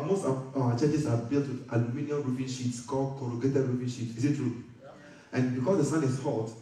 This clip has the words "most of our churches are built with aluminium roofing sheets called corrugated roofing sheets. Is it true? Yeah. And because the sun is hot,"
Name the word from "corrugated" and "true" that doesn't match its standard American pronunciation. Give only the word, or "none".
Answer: none